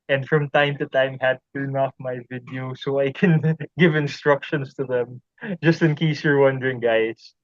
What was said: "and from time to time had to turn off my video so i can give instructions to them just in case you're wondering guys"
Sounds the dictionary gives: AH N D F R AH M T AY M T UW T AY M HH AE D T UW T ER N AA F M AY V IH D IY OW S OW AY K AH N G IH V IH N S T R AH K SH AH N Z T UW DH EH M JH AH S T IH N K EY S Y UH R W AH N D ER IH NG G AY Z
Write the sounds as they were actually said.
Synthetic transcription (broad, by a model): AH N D F R AH M T AY M T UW T AY M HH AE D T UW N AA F M AY V IH D IY OW S OW AY K AH N G IH V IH N S T R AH K SH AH N S T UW DH EH M JH AH S T IH N K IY S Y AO R W AH N D ER IH NG G AY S